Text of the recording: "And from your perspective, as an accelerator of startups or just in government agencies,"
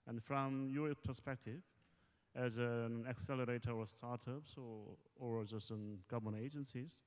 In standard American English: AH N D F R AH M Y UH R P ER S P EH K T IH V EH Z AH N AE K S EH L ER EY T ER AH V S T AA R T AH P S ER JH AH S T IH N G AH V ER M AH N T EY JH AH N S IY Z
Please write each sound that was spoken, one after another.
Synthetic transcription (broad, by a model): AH N F R AH M Y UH R P ER S P EH K T IH V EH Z AH N AE K S EH L ER EY T ER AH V S T AA R T AH P S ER Z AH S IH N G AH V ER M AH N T EY JH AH N S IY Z